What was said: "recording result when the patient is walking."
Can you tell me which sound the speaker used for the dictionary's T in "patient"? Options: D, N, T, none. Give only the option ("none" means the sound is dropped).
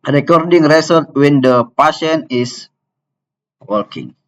none